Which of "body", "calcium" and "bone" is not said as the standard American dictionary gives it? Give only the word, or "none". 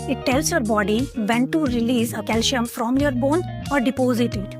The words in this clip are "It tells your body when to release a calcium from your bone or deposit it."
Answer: calcium